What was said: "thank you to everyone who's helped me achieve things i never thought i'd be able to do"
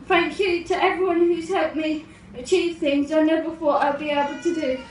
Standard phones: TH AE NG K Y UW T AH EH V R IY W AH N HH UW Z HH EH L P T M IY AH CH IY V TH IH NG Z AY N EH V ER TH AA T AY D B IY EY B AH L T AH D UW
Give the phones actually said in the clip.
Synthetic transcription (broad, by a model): TH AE NG K Y UW T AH EH V R IY W AH N HH UW Z HH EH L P M IY AH CH IY V TH IH NG Z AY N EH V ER F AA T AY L B IY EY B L T AH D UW